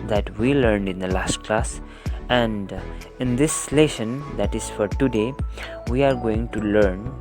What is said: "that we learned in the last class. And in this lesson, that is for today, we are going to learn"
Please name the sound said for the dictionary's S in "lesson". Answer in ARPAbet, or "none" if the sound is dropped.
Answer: SH